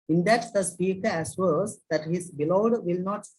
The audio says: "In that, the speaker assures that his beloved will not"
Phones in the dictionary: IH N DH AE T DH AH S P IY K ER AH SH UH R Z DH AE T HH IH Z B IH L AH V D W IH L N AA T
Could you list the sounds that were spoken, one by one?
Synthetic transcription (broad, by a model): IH N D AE T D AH S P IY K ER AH S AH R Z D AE T HH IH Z B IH L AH D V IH L N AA T